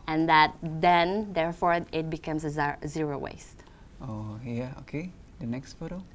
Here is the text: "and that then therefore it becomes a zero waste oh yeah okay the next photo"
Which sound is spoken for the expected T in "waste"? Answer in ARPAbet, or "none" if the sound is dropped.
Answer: T